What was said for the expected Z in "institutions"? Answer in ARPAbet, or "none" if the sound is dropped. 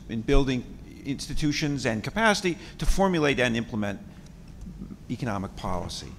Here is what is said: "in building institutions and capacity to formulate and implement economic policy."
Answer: Z